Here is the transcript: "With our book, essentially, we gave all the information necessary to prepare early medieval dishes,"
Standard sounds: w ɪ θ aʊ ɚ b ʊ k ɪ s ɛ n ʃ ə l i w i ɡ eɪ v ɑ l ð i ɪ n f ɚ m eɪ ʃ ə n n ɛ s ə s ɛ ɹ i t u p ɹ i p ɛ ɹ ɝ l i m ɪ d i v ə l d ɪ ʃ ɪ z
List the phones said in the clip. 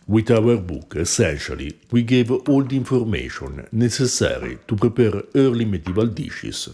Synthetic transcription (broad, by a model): w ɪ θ aʊ ɚ b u k ɪ s ɛ n ʃ ə l i w i ɡ eɪ v ɑ l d i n f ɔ m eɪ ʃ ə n n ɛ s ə s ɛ ɹ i t u p ɹ i p ɛ ɹ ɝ l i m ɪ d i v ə l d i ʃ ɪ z